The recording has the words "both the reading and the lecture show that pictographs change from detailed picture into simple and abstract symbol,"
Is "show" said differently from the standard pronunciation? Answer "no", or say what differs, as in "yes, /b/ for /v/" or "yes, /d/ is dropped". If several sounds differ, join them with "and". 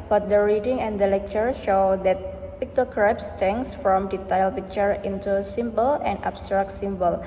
no